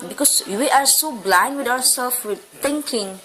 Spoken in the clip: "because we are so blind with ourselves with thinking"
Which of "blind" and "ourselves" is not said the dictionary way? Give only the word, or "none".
ourselves